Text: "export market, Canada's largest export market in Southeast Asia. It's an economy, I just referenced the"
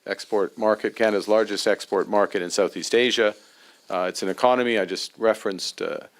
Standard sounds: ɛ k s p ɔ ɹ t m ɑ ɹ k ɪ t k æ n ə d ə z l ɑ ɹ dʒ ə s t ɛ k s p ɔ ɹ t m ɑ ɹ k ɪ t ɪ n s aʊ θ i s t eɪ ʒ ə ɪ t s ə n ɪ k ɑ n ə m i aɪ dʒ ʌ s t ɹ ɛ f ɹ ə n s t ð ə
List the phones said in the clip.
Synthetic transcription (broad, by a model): ɛ k s p ɔ ɹ t m ɑ ɹ k ɪ t k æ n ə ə z l ɑ ɹ dʒ ə s t ɛ k s p ɔ ɹ t m ɑ ɹ k ɪ t ɪ n s aʊ θ i s t eɪ ʒ ə ɪ t s n ɪ k ɑ n ə m i aɪ dʒ ʌ s t ɹ ɛ f ɹ ə n s t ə